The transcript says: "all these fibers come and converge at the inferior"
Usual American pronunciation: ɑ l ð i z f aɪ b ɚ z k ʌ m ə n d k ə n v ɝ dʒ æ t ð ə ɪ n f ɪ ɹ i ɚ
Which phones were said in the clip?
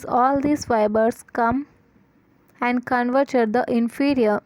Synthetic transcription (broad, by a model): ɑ l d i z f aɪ b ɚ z k ʌ m ə n d k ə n v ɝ tʃ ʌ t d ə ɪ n f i ɹ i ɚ